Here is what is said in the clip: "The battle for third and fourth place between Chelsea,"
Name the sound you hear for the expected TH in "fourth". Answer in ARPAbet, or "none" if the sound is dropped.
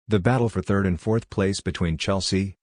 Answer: TH